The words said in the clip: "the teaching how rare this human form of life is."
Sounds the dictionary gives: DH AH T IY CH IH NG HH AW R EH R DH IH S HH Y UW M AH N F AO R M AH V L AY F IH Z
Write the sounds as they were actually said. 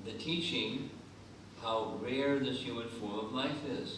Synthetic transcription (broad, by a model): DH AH T IY CH IH NG HH AW R EH R DH IH S HH Y UW M AH N F AO R M AH V L AY F IH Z